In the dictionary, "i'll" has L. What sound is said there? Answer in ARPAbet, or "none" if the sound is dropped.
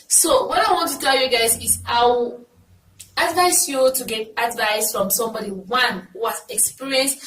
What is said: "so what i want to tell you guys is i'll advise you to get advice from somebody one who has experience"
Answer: W